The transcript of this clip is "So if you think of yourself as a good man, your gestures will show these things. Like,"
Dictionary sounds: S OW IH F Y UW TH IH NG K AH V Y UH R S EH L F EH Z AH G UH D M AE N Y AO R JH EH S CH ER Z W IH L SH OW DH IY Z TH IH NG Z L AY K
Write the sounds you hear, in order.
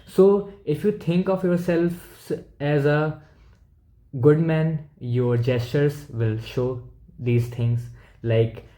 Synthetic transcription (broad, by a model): S OW IH F Y UW T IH NG K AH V Y UH R S EH L F EH Z AH G UH D M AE N Y AO R JH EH S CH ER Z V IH L SH OW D IY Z T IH NG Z L AY K